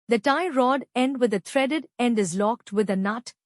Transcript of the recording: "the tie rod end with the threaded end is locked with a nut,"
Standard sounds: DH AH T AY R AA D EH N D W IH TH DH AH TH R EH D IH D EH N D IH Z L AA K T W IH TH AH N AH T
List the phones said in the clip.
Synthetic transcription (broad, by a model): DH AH T AY R AA D EH N D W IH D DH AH T R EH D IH D EH N D IH Z L AA K T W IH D AH N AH T